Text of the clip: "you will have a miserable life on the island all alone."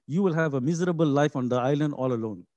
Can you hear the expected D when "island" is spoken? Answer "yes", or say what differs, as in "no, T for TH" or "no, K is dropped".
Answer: yes